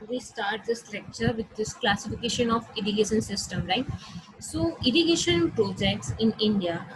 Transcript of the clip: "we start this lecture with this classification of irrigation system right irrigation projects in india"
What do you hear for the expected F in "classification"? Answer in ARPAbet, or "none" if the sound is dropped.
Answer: F